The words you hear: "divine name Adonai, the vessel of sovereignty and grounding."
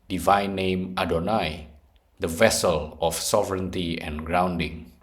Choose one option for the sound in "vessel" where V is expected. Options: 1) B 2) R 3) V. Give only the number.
3